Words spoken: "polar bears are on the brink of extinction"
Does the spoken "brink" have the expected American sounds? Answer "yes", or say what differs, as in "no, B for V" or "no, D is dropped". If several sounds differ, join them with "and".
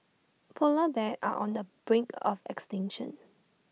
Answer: yes